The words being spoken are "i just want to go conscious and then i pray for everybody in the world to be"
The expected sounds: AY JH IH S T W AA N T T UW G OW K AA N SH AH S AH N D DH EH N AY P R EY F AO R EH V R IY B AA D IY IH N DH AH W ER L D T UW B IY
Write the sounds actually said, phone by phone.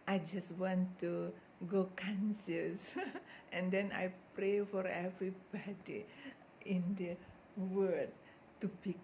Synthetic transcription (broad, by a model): AY JH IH S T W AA N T T UW G OW K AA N S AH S AH N D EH N AY P R EY F AO R EH V R IY B AA D IY IH N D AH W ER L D T UW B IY